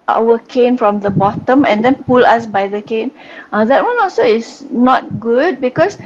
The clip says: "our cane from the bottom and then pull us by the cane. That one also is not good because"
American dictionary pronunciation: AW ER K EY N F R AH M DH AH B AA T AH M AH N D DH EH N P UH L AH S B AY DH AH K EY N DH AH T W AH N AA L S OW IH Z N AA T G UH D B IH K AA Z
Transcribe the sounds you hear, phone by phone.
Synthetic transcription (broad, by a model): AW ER K EY N F R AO M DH AH B AA T AH M AH N D EH N P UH L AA S B AY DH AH K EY N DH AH T W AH N AA L S OW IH S N AA T G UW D B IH K AA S